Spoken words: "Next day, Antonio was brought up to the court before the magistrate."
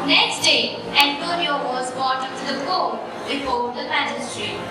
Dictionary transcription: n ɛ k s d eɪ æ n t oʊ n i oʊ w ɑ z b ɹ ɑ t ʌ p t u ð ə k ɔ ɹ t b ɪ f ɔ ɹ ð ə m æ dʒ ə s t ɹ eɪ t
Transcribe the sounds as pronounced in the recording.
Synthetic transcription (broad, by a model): n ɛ k s d eɪ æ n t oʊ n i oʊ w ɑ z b ɑ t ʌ t u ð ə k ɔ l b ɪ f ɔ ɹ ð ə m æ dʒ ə s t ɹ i